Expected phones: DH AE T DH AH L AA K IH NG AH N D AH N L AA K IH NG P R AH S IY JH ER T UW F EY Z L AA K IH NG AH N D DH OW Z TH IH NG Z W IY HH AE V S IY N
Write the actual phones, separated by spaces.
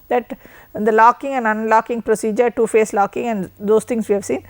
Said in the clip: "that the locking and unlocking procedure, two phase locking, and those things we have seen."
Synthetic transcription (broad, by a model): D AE T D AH L AA K IH NG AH N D AH N L AA K IH NG P R AH S IY JH ER T UW F EY S L AA K IH NG AH N D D OW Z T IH NG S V IY HH AE V S IY N